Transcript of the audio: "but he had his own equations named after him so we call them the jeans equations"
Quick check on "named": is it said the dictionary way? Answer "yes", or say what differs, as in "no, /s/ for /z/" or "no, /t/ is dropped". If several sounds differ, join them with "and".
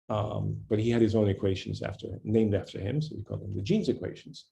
yes